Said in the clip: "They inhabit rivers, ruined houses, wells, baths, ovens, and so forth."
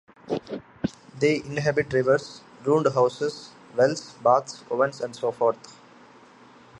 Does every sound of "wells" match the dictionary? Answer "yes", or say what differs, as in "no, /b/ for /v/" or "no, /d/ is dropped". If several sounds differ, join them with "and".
no, /s/ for /z/